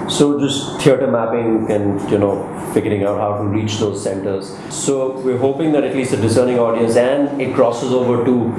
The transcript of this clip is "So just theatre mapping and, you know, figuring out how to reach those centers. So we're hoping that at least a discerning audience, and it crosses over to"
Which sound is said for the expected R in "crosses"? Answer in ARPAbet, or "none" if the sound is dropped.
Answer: R